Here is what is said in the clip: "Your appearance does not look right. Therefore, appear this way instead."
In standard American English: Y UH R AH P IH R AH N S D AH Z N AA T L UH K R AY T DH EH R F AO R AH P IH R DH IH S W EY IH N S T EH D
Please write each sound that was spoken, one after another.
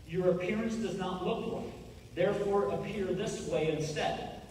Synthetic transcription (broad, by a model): Y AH R AH P IH R AH N S D AH Z N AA T L UH K L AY DH EH R F AO R AH P IH R DH IH S W EY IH N S T EH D